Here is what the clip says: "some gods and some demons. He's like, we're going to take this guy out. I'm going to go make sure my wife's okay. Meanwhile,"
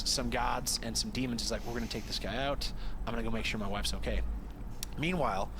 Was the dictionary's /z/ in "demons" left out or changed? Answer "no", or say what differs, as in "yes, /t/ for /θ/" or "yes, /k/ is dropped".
no